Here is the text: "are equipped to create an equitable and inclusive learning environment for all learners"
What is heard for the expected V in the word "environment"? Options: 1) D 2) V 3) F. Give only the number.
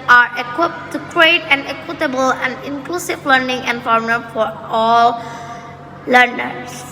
3